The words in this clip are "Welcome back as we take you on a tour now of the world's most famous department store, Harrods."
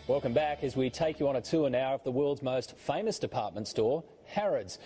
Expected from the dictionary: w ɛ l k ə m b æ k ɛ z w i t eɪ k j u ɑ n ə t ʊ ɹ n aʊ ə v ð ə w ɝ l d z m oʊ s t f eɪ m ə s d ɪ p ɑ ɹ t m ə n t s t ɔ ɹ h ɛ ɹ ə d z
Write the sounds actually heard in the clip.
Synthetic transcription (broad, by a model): w ɛ l k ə m b æ k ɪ z w i t eɪ k j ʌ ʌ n ə t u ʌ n aʊ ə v ð ə w ɝ l d z m oʊ s t f eɪ m ə s d ɪ p ɑ ɹ t m ə n t s t ɔ ɹ h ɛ ɹ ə d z